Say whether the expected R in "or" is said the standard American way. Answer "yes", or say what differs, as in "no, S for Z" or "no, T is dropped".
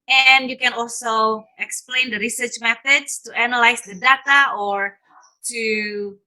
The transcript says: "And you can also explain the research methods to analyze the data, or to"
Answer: yes